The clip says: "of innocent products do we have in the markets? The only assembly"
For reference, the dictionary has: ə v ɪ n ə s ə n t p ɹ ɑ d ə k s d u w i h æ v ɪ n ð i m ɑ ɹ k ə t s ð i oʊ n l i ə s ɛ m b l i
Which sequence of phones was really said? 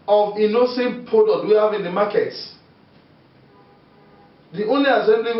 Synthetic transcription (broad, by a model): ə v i n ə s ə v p ɑ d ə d w i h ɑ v ɪ n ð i m ɑ k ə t s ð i oʊ n l i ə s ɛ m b l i